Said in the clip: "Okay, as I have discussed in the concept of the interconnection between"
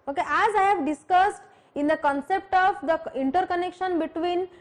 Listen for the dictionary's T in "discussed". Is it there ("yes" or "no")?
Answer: yes